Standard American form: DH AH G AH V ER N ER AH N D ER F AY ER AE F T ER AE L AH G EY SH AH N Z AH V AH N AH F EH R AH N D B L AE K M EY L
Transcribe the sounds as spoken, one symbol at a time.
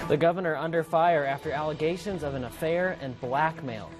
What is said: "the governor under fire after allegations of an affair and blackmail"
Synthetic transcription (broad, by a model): DH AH G AH V ER N ER AH N D ER F AY ER AE F T ER AE L AH G EY SH AH N Z AH V AH N AH F EH R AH N B L AE K M EY L